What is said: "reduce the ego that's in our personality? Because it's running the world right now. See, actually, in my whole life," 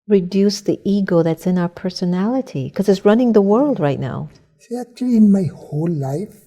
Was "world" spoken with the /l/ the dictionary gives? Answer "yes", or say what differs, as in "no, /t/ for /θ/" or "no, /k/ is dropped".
yes